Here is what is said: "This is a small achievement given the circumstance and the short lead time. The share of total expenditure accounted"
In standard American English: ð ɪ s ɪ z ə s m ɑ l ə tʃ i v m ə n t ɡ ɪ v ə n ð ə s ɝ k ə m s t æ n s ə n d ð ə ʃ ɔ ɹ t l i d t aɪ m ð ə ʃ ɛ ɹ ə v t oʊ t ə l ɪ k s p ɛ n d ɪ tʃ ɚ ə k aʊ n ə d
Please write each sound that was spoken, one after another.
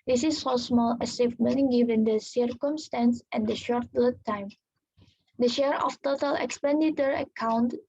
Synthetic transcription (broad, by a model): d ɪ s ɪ s ə s m ɑ l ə s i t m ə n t ɡ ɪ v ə n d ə s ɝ k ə m s t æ n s ə n d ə ʃ ɔ ɹ t l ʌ t aɪ m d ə ʃ ɛ ɹ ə f t oʊ t ə l ɪ k s p ɛ n d ɪ tʃ ɚ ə k aʊ n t